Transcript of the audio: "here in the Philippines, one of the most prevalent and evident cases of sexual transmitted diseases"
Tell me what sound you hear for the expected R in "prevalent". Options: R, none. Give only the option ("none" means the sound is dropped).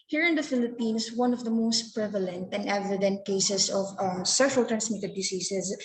R